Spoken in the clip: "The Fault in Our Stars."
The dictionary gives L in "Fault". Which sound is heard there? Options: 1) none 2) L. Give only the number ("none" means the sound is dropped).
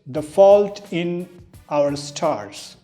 2